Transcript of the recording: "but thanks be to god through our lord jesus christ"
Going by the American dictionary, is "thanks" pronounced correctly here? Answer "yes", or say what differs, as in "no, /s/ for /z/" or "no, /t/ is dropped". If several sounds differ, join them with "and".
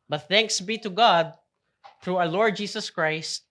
yes